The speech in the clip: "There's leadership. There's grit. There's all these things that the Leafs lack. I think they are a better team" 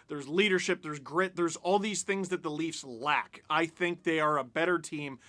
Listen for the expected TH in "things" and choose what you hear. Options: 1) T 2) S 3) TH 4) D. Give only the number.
3